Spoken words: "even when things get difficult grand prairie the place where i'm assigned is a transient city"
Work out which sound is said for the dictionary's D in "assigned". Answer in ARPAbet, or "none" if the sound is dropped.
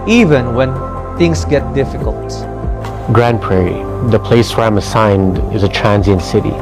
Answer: D